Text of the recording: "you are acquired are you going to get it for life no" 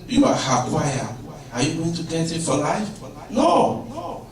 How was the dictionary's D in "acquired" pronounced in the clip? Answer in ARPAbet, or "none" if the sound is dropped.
none